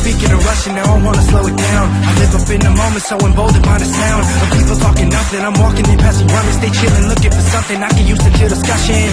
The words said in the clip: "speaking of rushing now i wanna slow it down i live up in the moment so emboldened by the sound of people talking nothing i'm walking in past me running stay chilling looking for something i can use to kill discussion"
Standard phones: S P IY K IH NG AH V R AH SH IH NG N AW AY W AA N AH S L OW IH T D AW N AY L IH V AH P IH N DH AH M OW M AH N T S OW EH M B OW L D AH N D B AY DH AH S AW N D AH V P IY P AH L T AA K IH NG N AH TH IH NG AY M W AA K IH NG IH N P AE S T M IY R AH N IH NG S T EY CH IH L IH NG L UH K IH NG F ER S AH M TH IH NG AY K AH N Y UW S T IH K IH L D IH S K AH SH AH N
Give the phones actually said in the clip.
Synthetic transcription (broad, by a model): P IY K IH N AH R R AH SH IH N AW AY W AA N AH S L OW IH T D AW N AY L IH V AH B IH N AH M OW M AH N T S OW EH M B OW L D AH D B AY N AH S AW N AH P IY P L T AA K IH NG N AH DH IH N AY M W AA K IH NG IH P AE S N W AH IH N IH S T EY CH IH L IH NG L UH K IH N F ER S AH M TH IH NG AY K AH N Y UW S T IH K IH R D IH S K AH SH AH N